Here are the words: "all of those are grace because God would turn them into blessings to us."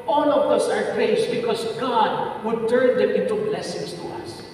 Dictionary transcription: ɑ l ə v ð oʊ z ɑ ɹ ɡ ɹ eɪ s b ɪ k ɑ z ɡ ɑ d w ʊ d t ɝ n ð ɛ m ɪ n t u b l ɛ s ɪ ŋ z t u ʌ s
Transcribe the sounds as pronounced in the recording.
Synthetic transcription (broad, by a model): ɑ l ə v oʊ s ɑ ɹ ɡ ɹ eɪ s b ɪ k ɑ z ɡ ɑ d w ʊ d t ɝ n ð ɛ m ɪ n t u b l ɛ s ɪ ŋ s t u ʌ s